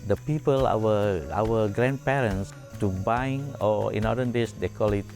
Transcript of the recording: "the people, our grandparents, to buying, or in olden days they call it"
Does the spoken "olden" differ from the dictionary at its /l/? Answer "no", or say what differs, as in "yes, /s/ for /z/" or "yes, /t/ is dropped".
yes, /l/ is dropped